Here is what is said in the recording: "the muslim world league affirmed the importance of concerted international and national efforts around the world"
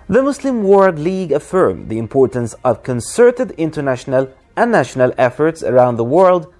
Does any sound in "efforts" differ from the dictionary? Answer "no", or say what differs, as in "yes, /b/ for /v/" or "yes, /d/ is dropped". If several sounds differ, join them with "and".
no